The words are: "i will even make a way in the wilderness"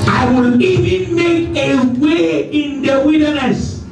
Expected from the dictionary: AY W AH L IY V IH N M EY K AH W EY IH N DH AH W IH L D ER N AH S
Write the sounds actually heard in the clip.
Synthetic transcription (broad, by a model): AY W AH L IY V IH N M EY K AH W EY IH N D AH W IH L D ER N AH S